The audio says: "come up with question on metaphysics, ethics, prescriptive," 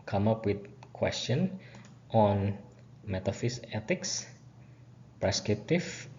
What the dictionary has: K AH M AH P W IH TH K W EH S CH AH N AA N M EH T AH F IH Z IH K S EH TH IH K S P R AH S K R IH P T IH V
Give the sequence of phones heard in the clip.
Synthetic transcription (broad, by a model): K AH M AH P W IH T K W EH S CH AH N AA N M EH T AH F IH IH S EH T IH K S P R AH S K R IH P T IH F